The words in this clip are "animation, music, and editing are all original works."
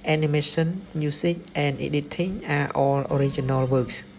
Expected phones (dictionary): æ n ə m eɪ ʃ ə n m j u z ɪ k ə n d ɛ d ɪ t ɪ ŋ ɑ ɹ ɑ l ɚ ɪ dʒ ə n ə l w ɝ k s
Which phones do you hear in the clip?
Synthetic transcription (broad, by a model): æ n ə m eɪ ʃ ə n m j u s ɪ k ə n d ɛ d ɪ t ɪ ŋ ɑ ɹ ɑ l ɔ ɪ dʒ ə n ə l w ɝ k s